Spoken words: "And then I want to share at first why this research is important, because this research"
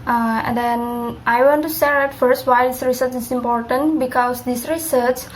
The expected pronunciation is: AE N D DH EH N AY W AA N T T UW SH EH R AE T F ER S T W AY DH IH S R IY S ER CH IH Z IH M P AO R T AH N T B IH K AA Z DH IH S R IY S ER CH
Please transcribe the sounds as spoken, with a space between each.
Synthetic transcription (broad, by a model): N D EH N AY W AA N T T UW S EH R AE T F ER S T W AY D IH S R IY S ER CH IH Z IH M P AO R T AH N T B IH K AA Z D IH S R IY S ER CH